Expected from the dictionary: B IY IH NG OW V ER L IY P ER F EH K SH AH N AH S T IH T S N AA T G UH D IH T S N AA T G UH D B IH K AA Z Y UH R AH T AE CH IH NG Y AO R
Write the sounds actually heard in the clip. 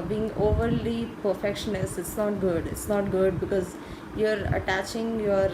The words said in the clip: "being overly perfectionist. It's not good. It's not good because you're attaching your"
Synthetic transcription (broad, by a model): B IY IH NG OW V ER L IY P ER F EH K SH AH N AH S IH T S N AA T G UH D IH T S N AA T G UH D B IH K AA Z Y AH R AH T AE CH IH NG Y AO R